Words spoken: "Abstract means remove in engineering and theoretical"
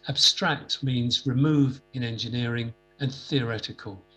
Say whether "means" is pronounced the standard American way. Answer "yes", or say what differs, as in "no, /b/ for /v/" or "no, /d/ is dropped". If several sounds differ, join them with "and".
yes